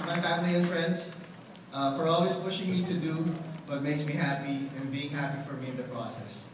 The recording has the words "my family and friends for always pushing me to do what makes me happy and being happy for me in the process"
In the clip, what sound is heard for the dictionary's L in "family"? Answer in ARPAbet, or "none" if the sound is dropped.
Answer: L